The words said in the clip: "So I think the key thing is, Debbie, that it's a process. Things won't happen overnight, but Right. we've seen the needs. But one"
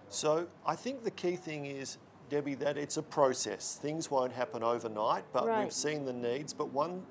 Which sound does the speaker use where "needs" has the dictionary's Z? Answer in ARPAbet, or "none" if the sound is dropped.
Z